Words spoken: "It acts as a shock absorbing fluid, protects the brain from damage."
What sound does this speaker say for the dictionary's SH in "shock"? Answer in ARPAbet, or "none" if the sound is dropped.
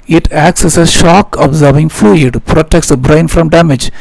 SH